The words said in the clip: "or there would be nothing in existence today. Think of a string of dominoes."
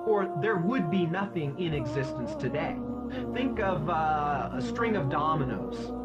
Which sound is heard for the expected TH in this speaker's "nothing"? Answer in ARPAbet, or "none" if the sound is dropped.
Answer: TH